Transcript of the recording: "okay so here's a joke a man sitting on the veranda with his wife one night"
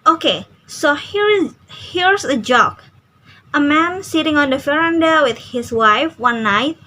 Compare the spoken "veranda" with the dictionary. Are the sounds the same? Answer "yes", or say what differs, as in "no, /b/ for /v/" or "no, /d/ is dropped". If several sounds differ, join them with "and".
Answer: no, /f/ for /v/